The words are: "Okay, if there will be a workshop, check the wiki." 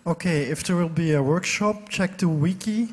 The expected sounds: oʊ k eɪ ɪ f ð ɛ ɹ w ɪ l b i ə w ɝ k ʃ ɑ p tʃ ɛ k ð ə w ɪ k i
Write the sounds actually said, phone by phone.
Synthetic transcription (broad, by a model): oʊ k eɪ ɪ f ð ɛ ɹ w ɪ l b i ə w ɝ k ʃ ɑ p tʃ ɛ k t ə w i k i